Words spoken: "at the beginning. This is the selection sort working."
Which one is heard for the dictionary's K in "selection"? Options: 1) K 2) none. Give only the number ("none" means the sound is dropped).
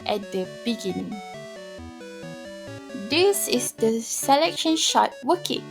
1